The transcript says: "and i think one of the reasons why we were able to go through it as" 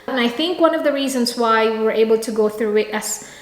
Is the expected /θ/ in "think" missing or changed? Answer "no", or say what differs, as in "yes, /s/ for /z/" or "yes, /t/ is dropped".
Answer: no